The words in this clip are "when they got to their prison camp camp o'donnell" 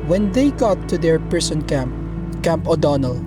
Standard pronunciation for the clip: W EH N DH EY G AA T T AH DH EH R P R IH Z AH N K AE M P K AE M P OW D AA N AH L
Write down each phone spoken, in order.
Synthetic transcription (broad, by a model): W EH N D EY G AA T T AH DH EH R P R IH S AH N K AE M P K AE M P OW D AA N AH L